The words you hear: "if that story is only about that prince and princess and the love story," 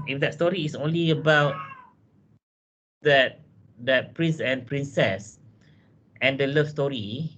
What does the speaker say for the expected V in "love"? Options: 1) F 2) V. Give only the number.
1